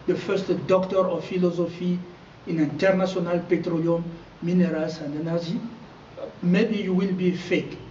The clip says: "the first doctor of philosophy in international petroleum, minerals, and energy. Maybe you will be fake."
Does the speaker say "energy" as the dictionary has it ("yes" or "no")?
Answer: no